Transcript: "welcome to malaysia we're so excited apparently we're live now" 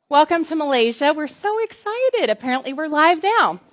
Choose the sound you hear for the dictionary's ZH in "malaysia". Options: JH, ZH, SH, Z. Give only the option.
ZH